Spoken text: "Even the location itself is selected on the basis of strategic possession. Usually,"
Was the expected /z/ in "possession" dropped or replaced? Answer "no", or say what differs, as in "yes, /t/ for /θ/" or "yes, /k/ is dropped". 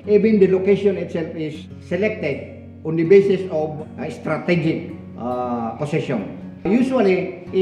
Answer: yes, /s/ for /z/